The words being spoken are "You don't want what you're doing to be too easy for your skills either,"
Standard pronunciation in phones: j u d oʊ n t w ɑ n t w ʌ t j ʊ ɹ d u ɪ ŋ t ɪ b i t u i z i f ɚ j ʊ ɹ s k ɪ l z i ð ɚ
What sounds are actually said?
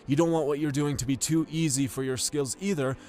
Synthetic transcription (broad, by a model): j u d oʊ n t w ɑ n t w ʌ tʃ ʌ ɹ d u ɪ ŋ t ɪ b i t u i z i f ɚ j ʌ ɹ s k ɪ l z i ð ɚ